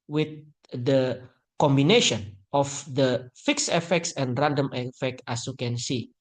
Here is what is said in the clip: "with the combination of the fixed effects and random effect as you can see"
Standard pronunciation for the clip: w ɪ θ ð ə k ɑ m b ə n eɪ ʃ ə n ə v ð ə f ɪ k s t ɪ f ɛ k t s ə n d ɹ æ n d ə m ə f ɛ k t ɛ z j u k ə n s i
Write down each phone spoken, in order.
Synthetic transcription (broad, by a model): w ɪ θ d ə k ɑ m b ə n eɪ ʃ ə n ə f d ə f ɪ k s ɪ f ɛ k t s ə n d ɹ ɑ n d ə m ə f ɛ k t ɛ s j u k ə n s i